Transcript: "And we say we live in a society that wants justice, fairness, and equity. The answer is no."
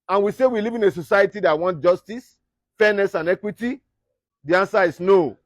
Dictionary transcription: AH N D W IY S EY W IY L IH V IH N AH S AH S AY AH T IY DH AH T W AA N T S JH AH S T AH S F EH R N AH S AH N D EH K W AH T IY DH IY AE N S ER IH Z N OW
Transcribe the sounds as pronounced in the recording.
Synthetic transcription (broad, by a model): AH N W IY S EY W IY L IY V IH N AH S AH S AY AH T IY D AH T W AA N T JH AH S T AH S F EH N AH S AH N EH K W AH T IY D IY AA N S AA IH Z N OW